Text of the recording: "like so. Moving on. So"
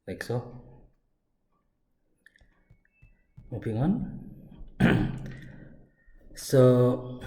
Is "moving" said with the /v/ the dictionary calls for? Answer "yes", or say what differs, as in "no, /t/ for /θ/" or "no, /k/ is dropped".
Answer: no, /p/ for /v/